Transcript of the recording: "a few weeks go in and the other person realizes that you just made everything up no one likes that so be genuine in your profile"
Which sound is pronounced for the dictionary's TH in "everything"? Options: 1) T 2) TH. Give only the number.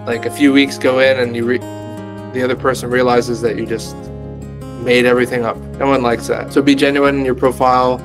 2